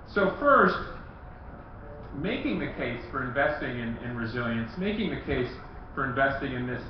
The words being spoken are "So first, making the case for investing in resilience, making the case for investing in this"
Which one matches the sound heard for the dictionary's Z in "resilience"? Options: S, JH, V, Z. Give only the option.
Z